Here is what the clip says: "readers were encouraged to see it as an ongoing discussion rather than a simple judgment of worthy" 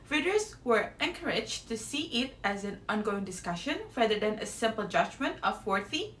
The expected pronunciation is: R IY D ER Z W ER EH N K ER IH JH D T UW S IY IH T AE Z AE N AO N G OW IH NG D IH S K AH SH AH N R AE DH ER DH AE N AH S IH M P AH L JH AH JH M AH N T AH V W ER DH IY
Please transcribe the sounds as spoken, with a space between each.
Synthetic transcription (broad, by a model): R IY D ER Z W ER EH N K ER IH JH T UW S IY IH T AE Z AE N AO N G OW IH NG D IH S K AH SH AH N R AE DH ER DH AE N AH S IH M P AH L JH AH JH M AH N T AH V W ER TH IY